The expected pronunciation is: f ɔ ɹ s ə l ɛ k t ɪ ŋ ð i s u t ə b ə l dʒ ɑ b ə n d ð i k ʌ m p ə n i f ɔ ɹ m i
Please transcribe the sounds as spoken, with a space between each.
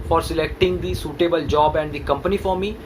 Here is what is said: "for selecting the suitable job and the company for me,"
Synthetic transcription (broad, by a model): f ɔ ɹ s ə l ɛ k t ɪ ŋ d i s u t ə b ə l dʒ ɑ b ə n d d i k ʌ m p ə n i f ɔ ɹ m i